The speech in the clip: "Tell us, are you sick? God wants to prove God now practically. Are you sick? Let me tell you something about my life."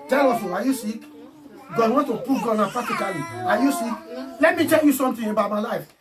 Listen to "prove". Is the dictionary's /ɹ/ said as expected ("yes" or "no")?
no